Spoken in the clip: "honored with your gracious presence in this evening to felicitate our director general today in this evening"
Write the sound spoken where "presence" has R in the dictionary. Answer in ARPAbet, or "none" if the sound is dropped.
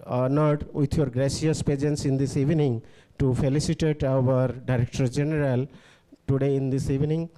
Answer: none